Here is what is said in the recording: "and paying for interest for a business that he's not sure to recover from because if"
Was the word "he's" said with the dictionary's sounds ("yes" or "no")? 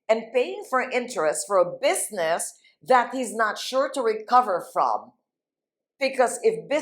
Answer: yes